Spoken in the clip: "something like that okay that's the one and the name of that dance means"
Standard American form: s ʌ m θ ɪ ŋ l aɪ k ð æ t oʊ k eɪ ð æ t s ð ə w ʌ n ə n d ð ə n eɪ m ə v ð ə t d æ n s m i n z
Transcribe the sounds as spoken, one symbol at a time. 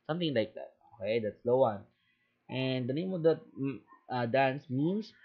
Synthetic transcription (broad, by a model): s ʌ m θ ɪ ŋ l aɪ k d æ t oʊ k eɪ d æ t s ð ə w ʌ n ə n d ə n eɪ m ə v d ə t d æ n s m i n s